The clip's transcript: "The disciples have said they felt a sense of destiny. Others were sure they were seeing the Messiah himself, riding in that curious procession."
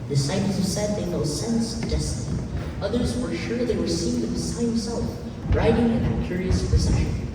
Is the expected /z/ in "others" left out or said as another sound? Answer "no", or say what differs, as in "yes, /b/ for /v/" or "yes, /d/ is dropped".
no